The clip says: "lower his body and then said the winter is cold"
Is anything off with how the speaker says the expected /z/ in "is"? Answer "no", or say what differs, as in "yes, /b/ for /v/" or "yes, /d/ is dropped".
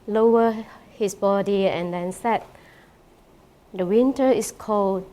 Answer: yes, /s/ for /z/